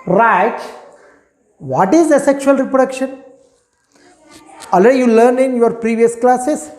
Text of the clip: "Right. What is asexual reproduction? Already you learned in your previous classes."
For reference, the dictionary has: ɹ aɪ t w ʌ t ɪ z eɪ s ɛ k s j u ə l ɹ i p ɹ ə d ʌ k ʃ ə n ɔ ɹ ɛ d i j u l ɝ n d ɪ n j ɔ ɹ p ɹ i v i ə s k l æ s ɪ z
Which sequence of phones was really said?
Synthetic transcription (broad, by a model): ɹ aɪ t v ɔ t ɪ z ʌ s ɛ k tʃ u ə l ɹ i p ɹ ə d ʌ k ʃ ə n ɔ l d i j u l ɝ n ɪ n j ɔ ɹ p ɹ i v i ə s k l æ s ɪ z